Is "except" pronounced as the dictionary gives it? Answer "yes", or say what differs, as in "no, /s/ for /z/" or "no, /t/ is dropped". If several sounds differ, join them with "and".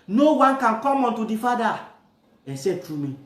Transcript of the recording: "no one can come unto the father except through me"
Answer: no, /k/ is dropped and /p/ is dropped